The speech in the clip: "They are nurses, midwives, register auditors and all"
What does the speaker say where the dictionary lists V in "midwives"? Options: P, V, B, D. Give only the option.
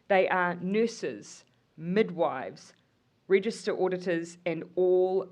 V